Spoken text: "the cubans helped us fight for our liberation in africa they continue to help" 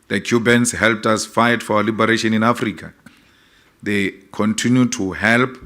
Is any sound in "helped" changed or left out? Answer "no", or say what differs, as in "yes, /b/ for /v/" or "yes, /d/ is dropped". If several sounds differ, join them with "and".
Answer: no